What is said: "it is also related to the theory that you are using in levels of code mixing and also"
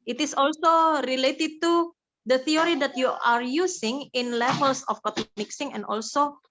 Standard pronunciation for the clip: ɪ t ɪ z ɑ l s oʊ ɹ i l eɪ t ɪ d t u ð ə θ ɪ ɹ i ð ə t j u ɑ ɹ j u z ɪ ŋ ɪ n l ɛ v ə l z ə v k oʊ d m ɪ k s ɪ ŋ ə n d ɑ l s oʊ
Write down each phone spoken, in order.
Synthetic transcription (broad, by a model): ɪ t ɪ s ɑ l s oʊ ɹ i l eɪ t ɪ d t u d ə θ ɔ ɹ i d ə t j u ɑ ɹ j u s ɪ ŋ ɪ n l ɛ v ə l s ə f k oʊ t m ɪ k s ɪ ŋ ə n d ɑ l s oʊ